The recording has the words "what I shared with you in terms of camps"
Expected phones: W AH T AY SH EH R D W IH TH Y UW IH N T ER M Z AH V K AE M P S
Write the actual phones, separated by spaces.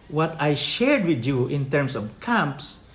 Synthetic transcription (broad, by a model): W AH T AY SH EH R D W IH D Y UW IH N T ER M S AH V K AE M P S